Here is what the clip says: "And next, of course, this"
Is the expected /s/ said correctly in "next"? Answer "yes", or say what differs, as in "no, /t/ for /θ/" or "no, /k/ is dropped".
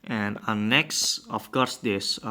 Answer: yes